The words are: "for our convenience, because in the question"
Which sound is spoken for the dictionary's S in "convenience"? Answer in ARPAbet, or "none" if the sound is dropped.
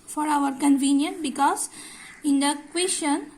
none